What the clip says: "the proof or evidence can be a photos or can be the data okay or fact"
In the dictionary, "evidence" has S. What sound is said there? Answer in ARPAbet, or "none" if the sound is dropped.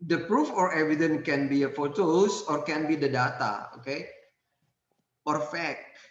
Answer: none